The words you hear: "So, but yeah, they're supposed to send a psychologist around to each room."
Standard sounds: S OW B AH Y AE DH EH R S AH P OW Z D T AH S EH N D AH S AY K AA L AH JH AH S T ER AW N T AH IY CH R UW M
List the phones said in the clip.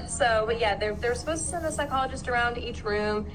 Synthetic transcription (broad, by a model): S OW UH Y AE DH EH R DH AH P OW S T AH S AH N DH AH S AY K AA L AH JH AH S T ER AW N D IY CH R UW M